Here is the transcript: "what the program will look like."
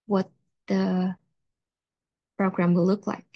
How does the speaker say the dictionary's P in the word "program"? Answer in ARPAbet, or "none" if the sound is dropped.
P